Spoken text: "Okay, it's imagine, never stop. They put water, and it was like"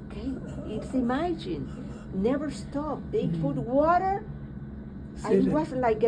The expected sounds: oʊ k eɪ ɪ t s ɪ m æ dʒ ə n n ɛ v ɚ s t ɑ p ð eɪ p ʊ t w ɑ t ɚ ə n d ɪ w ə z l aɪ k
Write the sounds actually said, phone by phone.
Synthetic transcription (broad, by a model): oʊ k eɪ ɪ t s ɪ m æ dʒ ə n n ɛ v ɚ s t ɑ p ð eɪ f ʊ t w ɑ t ɚ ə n ɪ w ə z l aɪ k